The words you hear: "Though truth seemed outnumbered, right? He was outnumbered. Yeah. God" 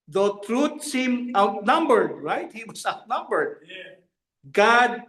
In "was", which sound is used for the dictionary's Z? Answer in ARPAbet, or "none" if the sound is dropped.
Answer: S